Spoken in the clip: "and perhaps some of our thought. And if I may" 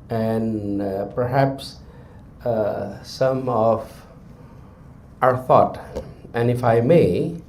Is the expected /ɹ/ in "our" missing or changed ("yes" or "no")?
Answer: no